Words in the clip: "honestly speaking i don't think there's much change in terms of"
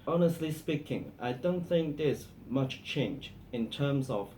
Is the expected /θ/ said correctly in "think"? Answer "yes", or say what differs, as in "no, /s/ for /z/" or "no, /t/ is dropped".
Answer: yes